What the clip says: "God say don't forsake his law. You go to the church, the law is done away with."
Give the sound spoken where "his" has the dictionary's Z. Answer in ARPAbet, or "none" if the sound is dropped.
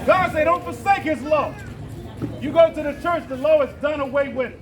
Z